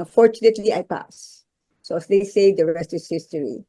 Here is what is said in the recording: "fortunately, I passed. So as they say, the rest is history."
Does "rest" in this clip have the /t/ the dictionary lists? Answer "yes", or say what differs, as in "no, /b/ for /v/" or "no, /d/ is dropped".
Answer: yes